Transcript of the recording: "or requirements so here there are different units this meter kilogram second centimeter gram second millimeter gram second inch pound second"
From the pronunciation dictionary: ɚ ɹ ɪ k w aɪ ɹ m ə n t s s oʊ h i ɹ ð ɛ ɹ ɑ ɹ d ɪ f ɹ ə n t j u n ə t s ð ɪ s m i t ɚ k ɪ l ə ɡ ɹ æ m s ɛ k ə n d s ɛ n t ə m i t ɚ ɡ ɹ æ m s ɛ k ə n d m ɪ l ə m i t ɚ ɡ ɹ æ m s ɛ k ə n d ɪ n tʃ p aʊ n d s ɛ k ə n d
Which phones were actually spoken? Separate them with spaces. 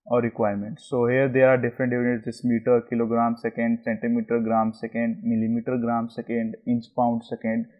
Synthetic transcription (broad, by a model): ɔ ɹ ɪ k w aɪ ɹ m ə n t s s oʊ h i ɹ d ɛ ɹ ɑ ɹ d ɪ f ɹ ə n t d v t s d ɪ s m i t ɚ k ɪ l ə ɡ ɹ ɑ m s ɛ k ə n d s ɛ n t ə m i t ɚ ɡ ɹ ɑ m s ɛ k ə n d m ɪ l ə m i t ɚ ɡ ɹ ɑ m s ɛ k ə n d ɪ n s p aʊ n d s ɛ k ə n d